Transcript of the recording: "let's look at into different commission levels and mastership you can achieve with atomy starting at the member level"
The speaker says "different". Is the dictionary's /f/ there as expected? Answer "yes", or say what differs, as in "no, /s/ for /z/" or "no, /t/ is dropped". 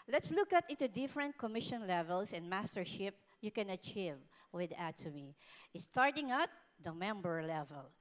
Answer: yes